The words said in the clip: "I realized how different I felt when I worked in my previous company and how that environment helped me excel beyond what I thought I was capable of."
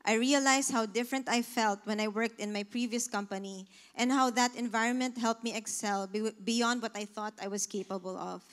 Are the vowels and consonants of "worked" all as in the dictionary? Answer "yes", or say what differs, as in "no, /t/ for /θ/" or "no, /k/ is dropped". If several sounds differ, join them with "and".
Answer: yes